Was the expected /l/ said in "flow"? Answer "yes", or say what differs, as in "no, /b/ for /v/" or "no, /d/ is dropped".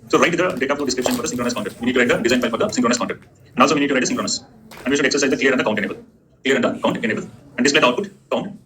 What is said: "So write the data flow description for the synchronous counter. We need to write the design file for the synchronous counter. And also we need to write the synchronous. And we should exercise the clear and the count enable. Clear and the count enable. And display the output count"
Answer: no, /n/ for /l/